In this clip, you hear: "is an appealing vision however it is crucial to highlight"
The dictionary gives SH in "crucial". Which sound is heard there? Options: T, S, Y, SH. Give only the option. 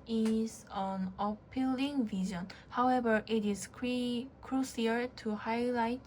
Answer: S